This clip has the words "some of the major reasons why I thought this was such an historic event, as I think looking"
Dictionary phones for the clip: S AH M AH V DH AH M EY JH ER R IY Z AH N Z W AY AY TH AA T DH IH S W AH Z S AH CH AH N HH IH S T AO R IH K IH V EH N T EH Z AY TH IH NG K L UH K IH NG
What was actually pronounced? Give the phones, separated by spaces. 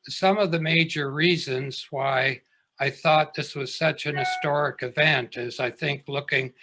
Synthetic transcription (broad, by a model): S AH M AH V DH AH M EY JH ER R IY Z AH N Z W AY AY TH AA T DH IH S W AH Z S AH CH AH N HH IH S T AO R IH K IH V EH N T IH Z AY TH IH NG K L UH K IH NG